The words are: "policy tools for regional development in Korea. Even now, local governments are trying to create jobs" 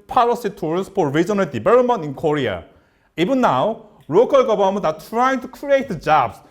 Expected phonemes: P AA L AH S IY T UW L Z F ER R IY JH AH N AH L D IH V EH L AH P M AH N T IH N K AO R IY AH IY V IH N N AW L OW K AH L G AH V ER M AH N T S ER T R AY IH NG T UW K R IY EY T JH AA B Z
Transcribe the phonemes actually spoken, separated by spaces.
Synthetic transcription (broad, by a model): P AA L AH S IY T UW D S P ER R IY JH AH N AH L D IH B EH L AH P M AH N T IH N K AO R IY AH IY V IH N N AW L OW K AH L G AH B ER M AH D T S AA T R AY IH NG T UW K R IY EY T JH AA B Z